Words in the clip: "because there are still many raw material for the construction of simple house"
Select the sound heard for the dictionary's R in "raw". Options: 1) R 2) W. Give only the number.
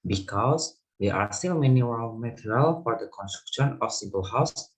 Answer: 2